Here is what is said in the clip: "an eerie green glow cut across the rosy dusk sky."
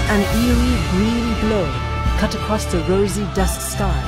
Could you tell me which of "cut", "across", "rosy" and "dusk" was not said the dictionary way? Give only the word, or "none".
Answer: none